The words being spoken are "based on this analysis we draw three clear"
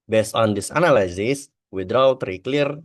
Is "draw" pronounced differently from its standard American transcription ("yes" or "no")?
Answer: yes